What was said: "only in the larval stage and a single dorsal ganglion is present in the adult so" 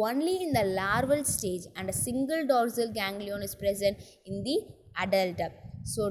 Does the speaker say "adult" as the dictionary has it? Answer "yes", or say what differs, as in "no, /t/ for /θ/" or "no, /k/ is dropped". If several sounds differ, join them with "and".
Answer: yes